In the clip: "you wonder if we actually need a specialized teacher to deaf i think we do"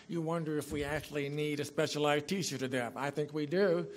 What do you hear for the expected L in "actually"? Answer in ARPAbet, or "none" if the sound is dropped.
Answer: L